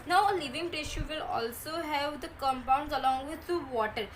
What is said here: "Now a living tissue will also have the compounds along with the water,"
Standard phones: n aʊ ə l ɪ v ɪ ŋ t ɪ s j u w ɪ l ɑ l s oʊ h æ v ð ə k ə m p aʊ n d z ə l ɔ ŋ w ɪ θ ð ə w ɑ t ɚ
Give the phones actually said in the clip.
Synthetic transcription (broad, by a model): n aʊ ə l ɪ v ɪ ŋ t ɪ ʃ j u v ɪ l ɑ l s oʊ h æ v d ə k ə m p aʊ n d z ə l ɔ ŋ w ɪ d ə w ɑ t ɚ